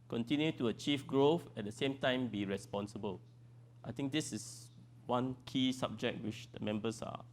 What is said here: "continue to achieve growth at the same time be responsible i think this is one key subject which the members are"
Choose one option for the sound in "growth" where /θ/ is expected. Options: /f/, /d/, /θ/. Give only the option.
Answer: /f/